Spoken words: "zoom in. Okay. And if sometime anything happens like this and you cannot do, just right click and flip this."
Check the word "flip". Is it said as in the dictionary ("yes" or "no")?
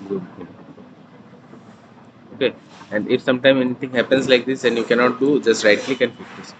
no